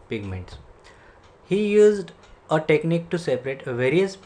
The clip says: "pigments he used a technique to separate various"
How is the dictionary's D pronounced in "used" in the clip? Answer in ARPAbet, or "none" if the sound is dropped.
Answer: D